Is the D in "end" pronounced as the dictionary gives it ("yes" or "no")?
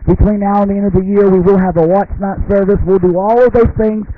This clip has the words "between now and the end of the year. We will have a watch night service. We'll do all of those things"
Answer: yes